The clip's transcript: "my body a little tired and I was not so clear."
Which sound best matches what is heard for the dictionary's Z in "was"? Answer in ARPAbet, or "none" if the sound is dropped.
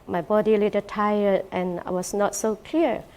S